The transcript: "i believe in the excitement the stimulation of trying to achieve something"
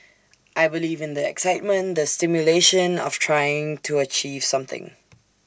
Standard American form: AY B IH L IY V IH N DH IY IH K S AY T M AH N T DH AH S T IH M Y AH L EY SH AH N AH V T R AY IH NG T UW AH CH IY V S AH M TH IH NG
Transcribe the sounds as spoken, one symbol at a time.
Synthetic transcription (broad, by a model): AY B IH L IY V IH N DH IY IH K S AY T M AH N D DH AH S T IH M Y AH L EY SH AH N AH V T R AY IH NG T UW AH CH IY V S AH M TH IH NG